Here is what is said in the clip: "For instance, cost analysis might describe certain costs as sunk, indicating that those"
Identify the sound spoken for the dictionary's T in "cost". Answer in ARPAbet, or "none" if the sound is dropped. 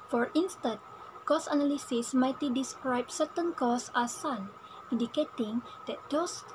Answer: none